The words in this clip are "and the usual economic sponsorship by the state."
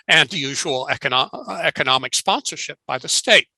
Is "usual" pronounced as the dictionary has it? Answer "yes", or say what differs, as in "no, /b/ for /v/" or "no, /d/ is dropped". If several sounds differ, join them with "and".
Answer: no, /n/ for /l/